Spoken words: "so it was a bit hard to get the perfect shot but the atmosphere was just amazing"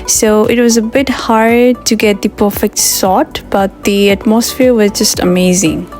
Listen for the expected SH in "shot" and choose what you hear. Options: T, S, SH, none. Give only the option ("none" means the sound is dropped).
S